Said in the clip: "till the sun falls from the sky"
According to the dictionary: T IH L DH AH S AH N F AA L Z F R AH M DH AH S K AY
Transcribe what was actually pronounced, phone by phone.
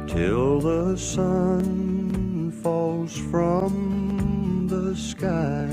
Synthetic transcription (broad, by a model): T IH L DH AH S AH N F AA L Z F R AH M DH AH S K AY